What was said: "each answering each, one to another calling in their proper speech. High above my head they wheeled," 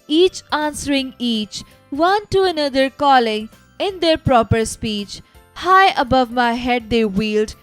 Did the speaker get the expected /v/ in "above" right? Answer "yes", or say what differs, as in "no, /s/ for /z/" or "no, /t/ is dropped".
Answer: yes